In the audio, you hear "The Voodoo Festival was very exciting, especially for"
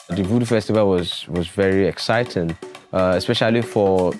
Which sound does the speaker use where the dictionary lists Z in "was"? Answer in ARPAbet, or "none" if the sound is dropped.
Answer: Z